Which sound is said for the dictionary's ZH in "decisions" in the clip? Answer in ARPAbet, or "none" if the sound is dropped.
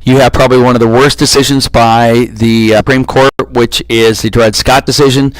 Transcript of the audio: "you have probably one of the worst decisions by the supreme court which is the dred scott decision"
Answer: ZH